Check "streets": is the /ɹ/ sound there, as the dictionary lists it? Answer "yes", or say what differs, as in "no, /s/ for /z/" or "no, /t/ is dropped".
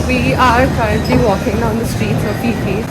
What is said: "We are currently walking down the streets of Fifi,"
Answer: yes